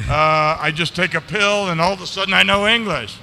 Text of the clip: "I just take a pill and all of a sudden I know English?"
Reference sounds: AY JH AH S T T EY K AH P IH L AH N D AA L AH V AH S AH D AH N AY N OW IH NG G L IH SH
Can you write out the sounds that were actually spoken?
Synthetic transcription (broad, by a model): AY JH AH S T T EY K AH P IH L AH N AA L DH AH S AH D N AY N OW IH NG G L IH SH